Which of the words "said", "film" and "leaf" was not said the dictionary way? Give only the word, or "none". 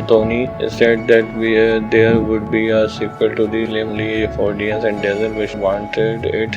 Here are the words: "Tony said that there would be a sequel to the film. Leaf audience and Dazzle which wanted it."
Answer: film